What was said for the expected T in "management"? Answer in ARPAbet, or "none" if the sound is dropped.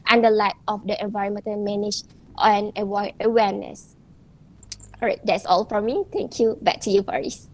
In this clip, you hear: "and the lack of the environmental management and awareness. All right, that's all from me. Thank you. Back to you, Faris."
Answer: none